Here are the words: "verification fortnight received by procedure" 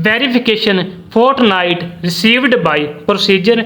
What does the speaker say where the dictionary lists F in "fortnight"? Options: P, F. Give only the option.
P